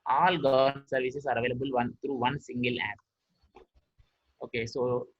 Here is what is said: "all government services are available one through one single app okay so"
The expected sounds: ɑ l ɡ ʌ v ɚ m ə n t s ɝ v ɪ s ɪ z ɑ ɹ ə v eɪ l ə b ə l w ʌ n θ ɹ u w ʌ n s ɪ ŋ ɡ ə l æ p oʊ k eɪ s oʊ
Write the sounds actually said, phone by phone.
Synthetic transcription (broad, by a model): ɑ l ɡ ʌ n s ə t v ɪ s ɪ s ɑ ɹ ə v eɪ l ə b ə l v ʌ n t ɹ u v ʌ n s ɪ ŋ ɡ ə l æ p oʊ k eɪ s oʊ